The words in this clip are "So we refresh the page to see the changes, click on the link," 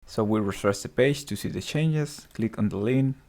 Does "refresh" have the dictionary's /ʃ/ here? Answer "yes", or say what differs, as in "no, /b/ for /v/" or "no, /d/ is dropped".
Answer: no, /s/ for /ʃ/